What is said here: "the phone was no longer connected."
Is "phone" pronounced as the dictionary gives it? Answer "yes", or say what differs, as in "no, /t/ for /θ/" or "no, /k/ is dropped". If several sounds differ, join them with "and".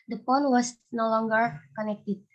no, /p/ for /f/